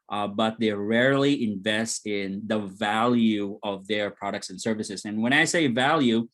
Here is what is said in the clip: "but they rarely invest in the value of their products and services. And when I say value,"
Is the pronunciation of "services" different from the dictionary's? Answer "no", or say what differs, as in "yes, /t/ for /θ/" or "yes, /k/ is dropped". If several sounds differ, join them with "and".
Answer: no